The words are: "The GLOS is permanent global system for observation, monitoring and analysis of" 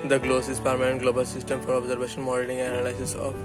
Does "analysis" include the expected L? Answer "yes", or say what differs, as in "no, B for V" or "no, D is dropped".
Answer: no, L is dropped